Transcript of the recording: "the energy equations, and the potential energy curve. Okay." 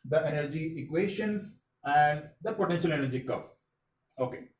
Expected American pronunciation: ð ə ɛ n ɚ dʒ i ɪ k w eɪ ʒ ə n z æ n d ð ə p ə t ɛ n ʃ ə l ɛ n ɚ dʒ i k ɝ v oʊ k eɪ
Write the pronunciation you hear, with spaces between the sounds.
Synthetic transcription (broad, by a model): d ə ɛ n ɚ dʒ i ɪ k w eɪ ʃ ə n s æ n d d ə p ə t ɛ n ʃ ə l ɛ n ɚ dʒ i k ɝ f oʊ k eɪ